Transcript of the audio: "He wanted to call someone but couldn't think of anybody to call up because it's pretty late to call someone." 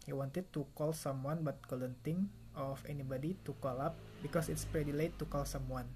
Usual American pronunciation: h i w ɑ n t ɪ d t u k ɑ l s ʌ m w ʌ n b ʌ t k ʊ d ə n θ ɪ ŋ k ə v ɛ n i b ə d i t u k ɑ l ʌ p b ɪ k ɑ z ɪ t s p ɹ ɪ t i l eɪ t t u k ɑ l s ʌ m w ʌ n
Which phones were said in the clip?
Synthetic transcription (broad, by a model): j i w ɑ n t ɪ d t u k ɑ l s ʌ m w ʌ n b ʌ t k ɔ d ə n t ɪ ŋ ə f ɛ n i b ə d i t u k ɑ l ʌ p b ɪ k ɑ s ɪ t s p ɹ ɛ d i l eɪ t t u k ɑ l s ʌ m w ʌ n